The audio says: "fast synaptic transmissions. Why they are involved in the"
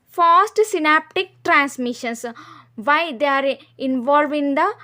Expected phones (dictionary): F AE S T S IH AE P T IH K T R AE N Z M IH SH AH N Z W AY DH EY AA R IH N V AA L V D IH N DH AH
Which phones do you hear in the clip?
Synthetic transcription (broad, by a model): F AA S T S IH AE P T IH K T R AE N S M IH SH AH N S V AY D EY AA R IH N V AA L V IH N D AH